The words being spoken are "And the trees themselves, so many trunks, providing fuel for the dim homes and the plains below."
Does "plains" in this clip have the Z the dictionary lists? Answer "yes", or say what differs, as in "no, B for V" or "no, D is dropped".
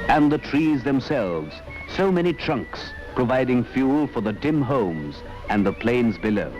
yes